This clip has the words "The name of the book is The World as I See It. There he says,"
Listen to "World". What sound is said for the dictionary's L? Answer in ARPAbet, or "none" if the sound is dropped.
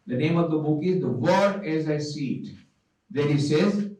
none